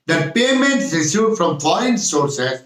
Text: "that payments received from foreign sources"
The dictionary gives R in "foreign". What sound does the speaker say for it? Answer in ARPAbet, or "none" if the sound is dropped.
none